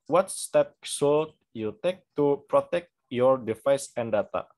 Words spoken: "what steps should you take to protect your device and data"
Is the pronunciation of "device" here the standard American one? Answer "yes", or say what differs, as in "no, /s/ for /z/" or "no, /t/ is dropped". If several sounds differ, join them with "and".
no, /f/ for /v/